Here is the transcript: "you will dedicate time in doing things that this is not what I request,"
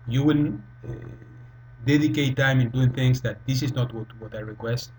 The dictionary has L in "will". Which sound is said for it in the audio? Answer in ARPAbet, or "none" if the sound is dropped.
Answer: N